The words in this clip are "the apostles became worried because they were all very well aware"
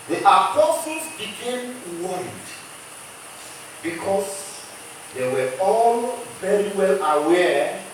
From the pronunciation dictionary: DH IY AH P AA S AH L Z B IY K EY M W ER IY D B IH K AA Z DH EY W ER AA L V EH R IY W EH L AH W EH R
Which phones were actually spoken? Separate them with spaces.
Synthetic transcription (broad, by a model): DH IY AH P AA S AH L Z B IY K EY M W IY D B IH K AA S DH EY W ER AA L V EH R IY W EH L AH W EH